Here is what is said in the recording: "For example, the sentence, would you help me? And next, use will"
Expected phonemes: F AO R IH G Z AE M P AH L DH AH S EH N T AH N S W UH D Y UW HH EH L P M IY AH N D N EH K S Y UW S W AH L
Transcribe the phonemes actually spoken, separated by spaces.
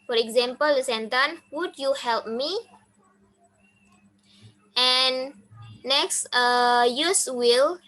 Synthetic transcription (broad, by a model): F AO R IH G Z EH M P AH L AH S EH N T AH N W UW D Y UW HH EH L P M IY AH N N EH K S Y UW S W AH L